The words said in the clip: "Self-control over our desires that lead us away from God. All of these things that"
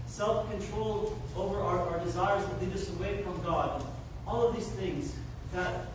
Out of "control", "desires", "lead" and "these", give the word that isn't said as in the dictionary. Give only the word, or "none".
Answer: lead